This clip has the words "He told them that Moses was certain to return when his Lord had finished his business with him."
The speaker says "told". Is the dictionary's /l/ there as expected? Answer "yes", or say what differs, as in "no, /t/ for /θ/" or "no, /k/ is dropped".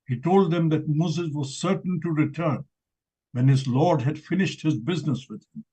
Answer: yes